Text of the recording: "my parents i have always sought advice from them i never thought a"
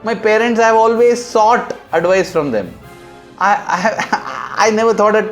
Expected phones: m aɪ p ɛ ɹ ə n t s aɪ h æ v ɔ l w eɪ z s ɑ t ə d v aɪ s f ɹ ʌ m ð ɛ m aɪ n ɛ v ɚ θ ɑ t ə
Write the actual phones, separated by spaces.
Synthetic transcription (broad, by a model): m aɪ p ɛ ɹ ə n t s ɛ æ v ɔ l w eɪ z s ɑ t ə d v aɪ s f ɹ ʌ m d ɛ m aɪ n ɛ v ɚ t ɑ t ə